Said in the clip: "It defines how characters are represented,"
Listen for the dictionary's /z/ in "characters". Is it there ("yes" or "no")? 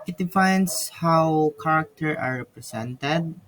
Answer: no